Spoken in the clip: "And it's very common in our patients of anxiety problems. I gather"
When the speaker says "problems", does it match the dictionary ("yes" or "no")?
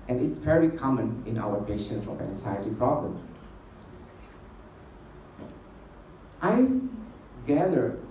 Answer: no